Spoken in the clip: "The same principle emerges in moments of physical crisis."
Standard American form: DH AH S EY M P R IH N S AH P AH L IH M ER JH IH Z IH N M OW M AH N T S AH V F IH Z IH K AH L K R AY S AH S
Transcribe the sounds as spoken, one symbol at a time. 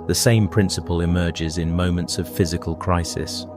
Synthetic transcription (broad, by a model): DH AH S EY M P R IH N S AH P AH L IH M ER JH IH Z IH N M OW M AH N T S AH V F IH Z IH K AH L K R AY S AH S